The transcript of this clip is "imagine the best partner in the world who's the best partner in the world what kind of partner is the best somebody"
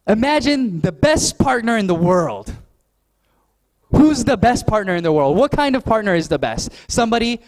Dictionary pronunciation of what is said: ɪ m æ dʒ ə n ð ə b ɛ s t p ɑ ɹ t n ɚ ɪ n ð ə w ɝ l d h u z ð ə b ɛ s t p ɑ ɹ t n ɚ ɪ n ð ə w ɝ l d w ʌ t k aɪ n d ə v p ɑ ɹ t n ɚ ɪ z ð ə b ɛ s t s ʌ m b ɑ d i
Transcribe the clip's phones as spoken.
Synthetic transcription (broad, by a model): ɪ m æ dʒ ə n ð ə b ɛ s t p ɑ ɹ t n ɚ ɪ n ð ə w ɝ l d h u z ð ə b ɛ s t p ɑ ɹ t n ɚ ɪ n ð ə w ɝ l d w ʌ t k aɪ n d ə v p ɑ ɹ t n ɚ ɪ z ð ə b ɛ s t s ʌ m b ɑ d i